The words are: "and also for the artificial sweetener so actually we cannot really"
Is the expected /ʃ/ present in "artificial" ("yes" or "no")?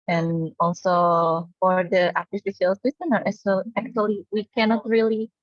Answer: no